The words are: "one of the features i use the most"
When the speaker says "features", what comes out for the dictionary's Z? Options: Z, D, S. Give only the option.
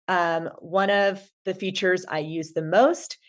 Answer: Z